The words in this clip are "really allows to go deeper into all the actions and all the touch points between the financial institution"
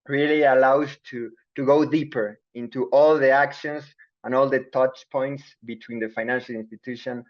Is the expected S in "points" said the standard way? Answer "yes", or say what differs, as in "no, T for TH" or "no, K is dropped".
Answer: yes